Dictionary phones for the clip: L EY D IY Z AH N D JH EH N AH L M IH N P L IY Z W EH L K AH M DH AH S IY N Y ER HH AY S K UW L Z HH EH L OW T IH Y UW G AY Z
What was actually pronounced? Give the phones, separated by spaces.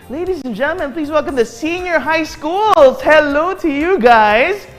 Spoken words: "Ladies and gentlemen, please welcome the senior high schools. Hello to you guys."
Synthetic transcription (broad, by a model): L EY D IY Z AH N JH EH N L M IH N P L IY Z W EH L K AH M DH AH S IY N Y ER HH AY S K UW L Z HH EH L OW T IH Y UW G AY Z